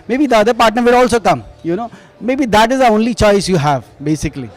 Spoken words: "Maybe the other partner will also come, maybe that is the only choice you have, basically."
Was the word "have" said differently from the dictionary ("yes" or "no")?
no